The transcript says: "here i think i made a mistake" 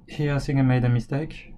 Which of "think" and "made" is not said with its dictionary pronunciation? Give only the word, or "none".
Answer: think